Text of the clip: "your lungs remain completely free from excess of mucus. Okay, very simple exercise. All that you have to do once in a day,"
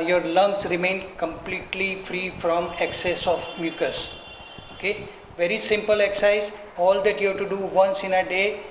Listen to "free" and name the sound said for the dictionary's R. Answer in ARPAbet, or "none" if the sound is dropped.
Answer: R